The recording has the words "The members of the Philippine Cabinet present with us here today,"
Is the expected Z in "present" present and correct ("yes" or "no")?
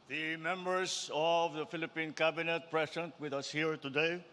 no